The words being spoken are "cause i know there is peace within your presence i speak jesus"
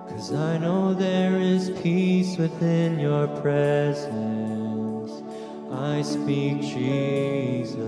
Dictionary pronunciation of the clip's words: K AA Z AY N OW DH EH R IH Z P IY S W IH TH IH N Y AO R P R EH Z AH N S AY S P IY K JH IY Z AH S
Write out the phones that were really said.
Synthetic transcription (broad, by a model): K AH Z AY N OW DH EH R IH Z P IY S W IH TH IH N Y AO R P R EH Z AH N S AY S P IY K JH IY Z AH